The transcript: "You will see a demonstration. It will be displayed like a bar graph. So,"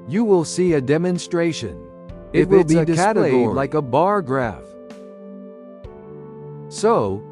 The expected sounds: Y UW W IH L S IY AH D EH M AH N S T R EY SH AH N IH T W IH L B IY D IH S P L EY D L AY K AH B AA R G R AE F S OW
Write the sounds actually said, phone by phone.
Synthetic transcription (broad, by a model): Y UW W IH L S IY AH D EH M AH N S T R EY SH AH N IH T W IH L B IY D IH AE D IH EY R L AY K AH B AA R G R AE F S OW